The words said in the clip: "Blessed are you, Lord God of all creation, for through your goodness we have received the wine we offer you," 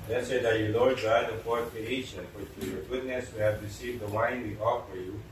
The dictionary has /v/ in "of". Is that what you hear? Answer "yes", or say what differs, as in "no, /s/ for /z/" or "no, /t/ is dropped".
no, /p/ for /v/